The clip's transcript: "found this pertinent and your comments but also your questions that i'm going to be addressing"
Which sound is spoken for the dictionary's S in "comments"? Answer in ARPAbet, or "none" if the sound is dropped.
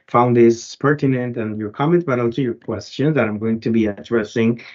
none